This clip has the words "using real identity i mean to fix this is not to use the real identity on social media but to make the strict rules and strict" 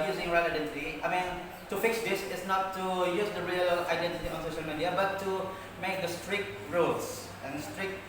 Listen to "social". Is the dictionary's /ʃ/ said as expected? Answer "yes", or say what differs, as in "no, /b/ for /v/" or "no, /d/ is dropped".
yes